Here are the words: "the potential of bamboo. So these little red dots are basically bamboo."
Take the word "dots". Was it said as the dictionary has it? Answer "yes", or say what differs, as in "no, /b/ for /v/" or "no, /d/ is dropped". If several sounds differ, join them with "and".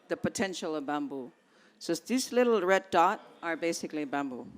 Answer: no, /s/ is dropped